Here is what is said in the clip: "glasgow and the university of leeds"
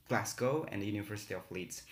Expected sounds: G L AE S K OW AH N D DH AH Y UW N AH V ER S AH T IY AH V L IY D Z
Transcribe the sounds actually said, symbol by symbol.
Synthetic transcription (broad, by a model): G L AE S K OW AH N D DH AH Y UW N AH V ER S AH T IY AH F L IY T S